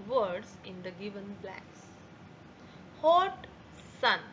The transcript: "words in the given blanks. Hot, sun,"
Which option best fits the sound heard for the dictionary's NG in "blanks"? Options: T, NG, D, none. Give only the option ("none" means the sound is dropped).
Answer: none